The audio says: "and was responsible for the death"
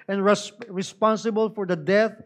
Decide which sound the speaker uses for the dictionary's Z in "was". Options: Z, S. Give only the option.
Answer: S